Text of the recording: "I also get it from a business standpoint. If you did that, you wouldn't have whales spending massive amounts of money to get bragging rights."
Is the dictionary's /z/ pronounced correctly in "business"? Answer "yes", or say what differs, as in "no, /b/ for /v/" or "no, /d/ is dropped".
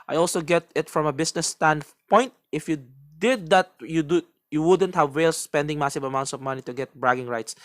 no, /s/ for /z/